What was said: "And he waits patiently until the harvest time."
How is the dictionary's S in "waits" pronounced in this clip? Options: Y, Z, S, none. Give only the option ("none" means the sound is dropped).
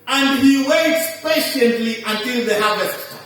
S